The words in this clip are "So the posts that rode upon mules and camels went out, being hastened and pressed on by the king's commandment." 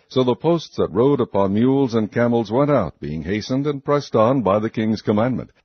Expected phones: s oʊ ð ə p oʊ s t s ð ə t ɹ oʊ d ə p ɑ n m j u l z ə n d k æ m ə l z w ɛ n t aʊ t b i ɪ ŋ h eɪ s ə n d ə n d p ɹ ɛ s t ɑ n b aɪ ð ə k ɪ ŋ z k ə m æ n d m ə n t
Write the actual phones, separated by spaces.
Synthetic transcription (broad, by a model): s oʊ ð ə p oʊ s t s ð ə t ɹ oʊ d ə p ɑ n m j u l z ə n k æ m l z w ɛ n t aʊ t b i ɪ ŋ h eɪ s ə n d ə n p ɹ ɛ s t n b aɪ ð ə k ɪ ŋ z k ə m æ n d m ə n t